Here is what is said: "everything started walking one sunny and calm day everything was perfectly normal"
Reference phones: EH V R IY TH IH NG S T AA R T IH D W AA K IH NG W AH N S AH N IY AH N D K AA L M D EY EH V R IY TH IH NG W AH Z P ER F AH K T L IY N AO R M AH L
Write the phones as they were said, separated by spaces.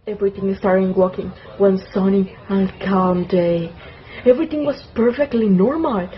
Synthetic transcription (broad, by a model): EH V R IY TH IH NG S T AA R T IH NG W AA K IH NG W AH N S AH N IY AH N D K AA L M D EY EH V R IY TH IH NG W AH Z P ER F AH K T L IY N AO R M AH L